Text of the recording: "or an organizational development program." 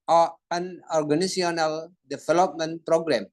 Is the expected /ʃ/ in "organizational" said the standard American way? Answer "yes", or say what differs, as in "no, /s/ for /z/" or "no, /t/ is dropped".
no, /ʃ/ is dropped